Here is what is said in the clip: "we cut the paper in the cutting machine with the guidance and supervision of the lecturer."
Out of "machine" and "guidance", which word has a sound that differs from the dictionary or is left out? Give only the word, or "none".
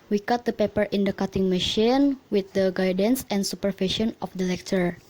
none